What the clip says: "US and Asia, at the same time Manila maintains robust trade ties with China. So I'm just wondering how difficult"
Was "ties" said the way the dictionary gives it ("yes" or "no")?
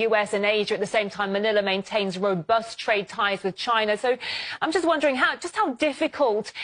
yes